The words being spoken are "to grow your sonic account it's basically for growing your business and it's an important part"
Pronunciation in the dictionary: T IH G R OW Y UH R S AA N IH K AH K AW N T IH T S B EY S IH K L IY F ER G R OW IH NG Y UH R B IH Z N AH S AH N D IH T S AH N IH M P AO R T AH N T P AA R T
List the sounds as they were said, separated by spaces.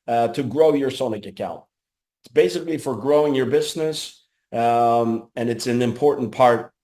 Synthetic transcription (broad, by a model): T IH G R OW Y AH R S AA N IH K AH K AW N T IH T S B EY S IH K L IY F ER G R OW IH NG Y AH R B IH Z N AH S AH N IH T S AH N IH M P AO R T N P AA R T